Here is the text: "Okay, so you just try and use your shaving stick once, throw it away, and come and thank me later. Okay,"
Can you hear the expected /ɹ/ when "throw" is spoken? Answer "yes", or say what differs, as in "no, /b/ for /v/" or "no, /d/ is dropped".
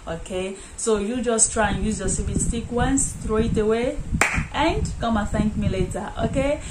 yes